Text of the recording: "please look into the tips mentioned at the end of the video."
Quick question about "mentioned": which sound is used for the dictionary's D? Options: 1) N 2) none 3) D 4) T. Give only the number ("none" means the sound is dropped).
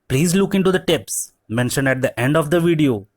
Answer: 2